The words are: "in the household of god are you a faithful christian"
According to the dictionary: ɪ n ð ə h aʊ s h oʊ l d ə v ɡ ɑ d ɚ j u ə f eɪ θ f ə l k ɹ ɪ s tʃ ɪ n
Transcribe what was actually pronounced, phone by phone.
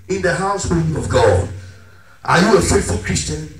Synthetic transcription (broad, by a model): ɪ n ð ə h aʊ s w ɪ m ə v ɡ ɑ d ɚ j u ə f eɪ t f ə l k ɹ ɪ s tʃ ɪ n